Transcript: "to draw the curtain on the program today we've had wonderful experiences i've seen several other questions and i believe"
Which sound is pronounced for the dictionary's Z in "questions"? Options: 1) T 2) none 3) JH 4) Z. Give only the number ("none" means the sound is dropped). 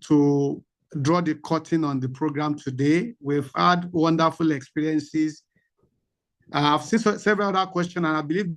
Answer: 2